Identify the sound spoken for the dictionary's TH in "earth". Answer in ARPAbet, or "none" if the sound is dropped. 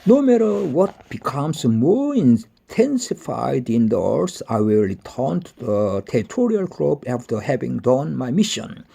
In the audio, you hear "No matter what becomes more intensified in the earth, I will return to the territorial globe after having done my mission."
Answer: S